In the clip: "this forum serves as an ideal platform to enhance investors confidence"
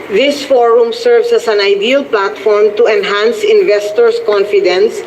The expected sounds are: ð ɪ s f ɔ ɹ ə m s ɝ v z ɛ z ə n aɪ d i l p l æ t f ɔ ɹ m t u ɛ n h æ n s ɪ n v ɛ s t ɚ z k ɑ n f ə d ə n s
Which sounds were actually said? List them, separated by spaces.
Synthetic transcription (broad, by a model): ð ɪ s f ɔ ɹ ə m s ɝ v s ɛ s ə n aɪ d i l p l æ t f ɔ ɹ m t u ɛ n h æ n s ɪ n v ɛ s t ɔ s k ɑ n f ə d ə n s